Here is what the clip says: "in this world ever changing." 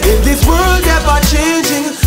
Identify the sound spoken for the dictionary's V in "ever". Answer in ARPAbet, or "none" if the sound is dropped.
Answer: B